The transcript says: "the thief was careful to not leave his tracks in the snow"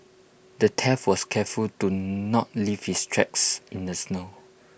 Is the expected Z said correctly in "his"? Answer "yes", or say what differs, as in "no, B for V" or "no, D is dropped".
no, S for Z